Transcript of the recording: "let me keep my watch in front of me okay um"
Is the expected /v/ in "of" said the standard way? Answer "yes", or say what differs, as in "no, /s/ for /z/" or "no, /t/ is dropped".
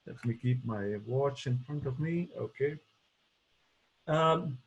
yes